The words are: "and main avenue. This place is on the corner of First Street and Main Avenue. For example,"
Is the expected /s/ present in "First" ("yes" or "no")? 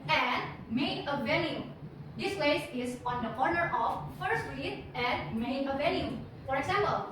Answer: no